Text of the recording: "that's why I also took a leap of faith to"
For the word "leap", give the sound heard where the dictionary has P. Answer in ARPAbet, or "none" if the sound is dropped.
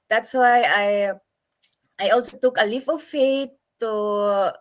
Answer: F